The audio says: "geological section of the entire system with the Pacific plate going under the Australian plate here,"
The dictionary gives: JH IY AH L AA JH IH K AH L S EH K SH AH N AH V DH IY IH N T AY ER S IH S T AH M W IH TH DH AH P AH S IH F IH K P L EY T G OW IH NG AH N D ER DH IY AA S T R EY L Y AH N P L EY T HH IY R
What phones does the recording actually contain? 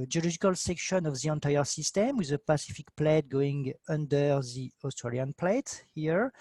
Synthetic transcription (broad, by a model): JH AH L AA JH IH K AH L S EH K SH AH N AH V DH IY IH N T AY ER S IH S T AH M W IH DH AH P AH S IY F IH K P L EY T G OW IH NG AH N D ER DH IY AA S T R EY L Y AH N P L EY T HH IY R